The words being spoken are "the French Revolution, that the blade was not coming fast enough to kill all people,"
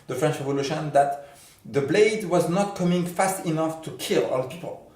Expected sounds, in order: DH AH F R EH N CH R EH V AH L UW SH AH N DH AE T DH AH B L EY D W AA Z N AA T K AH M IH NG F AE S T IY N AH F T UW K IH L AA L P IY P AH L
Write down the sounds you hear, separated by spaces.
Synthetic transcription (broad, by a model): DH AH F R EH N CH R EH V AH L UW SH AH N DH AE T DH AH B L EY D W AA Z N AA T K AH M IH NG F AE S T IY N AH F T UW K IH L AA L P IY P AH L